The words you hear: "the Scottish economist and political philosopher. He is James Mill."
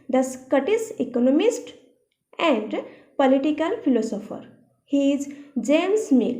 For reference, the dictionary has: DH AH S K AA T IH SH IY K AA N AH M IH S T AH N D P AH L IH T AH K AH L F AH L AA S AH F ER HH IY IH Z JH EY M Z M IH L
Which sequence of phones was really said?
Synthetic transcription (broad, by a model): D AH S K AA T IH S IY K AA N AH M IH S T AH N D P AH L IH T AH K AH L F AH L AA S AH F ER HH IY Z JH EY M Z M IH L